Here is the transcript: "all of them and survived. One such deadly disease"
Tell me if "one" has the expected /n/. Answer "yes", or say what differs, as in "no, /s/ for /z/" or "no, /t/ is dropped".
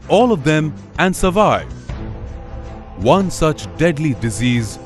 yes